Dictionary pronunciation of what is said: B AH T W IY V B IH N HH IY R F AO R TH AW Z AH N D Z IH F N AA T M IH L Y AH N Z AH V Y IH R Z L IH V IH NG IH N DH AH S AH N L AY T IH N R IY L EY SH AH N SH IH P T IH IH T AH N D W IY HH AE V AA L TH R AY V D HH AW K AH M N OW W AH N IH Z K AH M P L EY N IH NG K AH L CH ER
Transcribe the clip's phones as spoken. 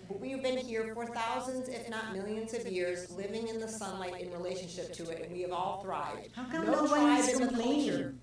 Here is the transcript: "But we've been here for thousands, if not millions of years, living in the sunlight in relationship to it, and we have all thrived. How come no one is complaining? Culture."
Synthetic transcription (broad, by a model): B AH T W IY V B IH N HH IY R F AO R TH AW Z AH N D Z IH F N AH T M IH L Y AH N Z AH V Y IH R Z L IH V IH NG IH N DH AH S AH N L AY T IH N R IY L EY SH AH N SH IH P T IH IH T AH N W IY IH V AA L TH R AY V D HH AW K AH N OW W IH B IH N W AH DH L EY IH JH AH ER